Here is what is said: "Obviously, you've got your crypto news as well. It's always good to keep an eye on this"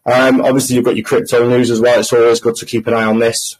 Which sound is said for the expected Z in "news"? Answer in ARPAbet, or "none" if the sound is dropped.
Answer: Z